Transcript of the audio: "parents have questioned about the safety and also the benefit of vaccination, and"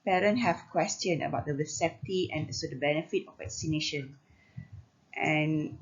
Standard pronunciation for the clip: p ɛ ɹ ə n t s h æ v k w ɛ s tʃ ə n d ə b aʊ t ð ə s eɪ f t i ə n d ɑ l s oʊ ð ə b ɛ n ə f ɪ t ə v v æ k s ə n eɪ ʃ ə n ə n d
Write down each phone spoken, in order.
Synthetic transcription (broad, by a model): p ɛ ɹ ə n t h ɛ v k w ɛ s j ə n ə b aʊ t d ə s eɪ p t i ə n s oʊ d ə b ɛ n ə f ɪ t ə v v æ k s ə n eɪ ʃ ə n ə n